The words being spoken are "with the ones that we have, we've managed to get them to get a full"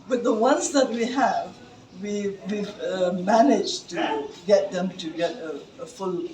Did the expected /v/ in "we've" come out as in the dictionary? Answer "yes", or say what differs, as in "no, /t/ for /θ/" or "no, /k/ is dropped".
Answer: no, /w/ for /v/